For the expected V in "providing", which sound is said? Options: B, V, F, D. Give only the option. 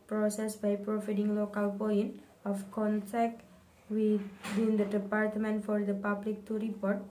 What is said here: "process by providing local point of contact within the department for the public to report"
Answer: F